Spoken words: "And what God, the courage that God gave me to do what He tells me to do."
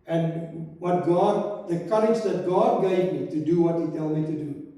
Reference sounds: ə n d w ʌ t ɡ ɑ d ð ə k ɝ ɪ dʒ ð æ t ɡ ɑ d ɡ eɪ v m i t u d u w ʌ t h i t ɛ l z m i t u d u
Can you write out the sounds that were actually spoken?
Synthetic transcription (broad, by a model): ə n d w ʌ t ɡ ɑ d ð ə k ɝ ɪ dʒ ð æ t ɡ ɑ d ɡ eɪ v m i t u d u w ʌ t h i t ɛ l m i t u d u